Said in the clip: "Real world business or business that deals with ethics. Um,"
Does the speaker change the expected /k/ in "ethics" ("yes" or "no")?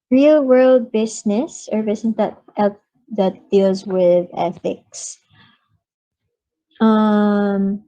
no